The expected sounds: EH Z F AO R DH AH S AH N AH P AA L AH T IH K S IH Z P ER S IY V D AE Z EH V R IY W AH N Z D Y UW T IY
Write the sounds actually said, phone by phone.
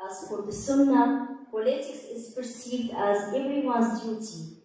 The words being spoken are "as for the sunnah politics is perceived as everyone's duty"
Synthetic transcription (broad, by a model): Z F AO R DH AH S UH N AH P AA L AH T IH K S IH Z P ER S IY V D AE Z EH V R IY W AH N Z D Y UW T IY